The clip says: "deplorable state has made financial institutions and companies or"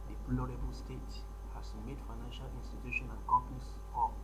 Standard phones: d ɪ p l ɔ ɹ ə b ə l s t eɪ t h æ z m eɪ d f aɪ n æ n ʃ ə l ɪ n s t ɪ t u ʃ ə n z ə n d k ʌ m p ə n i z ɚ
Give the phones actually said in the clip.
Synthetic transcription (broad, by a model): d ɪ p l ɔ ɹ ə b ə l s t eɪ t h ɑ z m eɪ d f aɪ n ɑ n ʃ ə l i n s t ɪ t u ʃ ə n ə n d k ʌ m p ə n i s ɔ